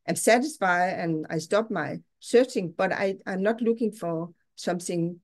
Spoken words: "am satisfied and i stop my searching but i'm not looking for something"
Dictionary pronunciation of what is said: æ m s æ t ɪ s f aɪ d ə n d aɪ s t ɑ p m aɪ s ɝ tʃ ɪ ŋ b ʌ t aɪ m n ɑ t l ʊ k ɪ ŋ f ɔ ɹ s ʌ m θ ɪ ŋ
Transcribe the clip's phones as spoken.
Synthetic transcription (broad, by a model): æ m s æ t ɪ s f aɪ ə n aɪ s t ɑ p m aɪ s ɝ tʃ ɪ ŋ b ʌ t aɪ m n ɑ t l ʊ k ɪ ŋ f ɔ ɹ s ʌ m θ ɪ ŋ